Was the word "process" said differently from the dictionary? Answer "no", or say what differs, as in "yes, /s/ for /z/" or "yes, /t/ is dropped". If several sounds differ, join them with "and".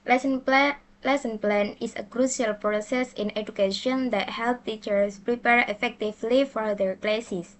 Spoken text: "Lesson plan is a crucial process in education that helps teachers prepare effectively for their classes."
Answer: no